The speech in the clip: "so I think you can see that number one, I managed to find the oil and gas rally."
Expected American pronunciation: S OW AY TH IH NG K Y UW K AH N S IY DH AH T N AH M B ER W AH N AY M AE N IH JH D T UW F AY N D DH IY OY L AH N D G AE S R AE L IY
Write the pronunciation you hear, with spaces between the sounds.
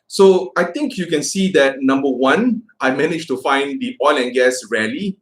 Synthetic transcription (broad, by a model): S OW AY T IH NG K Y UW K AH N S IY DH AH T N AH M B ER W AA N AY M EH N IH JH T UW F AY N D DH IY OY L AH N G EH S R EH L IY